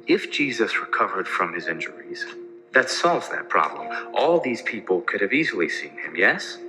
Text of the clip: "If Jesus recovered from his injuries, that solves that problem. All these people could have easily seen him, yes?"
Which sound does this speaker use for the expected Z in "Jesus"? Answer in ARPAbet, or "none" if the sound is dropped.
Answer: Z